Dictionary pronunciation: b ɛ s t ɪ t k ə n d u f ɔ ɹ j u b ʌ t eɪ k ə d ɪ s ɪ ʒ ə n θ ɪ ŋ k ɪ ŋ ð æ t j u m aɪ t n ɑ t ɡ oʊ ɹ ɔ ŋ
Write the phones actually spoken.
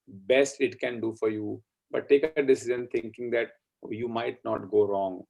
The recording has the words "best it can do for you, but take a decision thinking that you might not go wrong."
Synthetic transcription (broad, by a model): b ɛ s t ɪ t k ə n d u f ɔ ɹ j u b ʌ t eɪ k ə d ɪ s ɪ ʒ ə n t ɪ ŋ k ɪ ŋ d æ t j u m aɪ t n ɑ t ɡ oʊ ɹ ɔ ŋ